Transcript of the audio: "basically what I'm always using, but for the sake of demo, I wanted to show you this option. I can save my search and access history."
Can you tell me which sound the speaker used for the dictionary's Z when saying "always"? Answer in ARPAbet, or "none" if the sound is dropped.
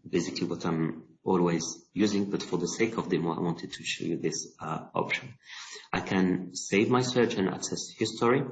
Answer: Z